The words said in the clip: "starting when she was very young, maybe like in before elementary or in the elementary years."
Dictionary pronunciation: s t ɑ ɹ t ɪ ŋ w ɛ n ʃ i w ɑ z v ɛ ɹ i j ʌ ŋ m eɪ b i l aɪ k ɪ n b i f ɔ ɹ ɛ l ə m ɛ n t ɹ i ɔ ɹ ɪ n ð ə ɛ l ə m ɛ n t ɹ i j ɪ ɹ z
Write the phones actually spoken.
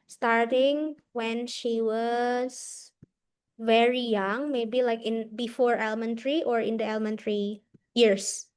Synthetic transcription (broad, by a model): s t ɑ ɹ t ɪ ŋ w ɛ n ʃ i w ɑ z v ɛ ɹ i j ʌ ŋ m eɪ b i l aɪ k ɪ n b i f ɔ ɹ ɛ l m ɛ n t ɹ i ɔ ɹ ɪ n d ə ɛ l m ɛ n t ɹ i j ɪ ɹ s